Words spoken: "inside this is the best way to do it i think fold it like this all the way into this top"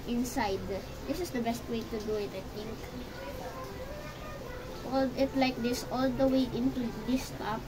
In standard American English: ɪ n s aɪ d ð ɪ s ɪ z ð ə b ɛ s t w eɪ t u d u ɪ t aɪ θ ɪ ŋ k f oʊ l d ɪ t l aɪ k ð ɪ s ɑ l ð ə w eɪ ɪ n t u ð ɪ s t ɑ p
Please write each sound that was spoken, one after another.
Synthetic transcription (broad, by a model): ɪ n s aɪ d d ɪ s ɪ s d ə b ɛ s t w eɪ t u d u ɪ t aɪ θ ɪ ŋ k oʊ l ɪ t l aɪ k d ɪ s ɑ l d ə w eɪ ɪ n t u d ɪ s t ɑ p